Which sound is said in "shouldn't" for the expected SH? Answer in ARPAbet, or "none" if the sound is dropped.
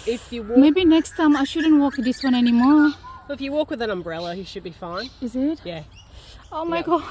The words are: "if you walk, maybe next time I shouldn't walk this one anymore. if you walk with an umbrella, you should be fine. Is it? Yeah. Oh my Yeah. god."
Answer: SH